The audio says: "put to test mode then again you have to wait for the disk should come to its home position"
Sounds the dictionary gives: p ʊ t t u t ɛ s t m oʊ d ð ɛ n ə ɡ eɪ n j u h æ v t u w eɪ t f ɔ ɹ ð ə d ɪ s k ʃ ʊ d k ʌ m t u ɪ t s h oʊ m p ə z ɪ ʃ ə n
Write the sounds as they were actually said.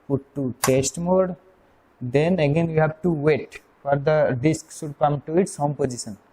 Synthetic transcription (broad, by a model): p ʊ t t u t ɛ s t m oʊ d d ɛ n ə ɡ eɪ n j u h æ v t u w eɪ t f ɔ ɹ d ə d ɪ s k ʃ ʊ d k ʌ m t u ɪ t s h oʊ m p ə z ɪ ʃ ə n